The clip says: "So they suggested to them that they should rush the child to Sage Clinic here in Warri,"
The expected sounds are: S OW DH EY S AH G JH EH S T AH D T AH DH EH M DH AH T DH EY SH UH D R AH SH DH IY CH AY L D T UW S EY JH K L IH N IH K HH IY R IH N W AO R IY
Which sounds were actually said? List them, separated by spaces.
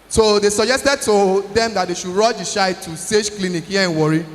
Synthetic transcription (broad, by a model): S OW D EY S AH JH EH S T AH D T AH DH EH M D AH T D EY SH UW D R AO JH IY SH AY T UW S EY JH K L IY N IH K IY IH N W AO R IY